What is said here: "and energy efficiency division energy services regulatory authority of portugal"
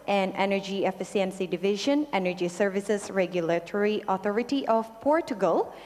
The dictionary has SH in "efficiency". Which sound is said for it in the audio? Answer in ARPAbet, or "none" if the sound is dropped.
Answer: S